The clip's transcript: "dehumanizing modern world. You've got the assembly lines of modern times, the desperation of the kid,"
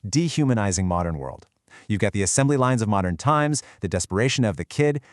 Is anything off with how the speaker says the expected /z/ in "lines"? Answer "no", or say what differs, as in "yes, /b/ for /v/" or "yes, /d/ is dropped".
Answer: no